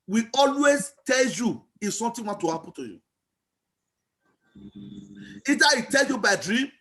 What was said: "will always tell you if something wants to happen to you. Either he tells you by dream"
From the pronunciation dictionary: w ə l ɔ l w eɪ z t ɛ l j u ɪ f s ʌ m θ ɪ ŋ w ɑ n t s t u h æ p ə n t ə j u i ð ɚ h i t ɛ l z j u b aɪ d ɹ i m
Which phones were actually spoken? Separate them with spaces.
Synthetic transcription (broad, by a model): w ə ɔ l w eɪ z t ɛ l j u ɪ f s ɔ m t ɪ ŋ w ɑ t t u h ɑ p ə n t ə j u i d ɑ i t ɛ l j u b aɪ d ɹ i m